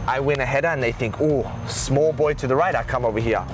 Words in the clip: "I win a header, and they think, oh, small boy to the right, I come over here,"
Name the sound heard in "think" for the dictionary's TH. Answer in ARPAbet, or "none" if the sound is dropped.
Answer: TH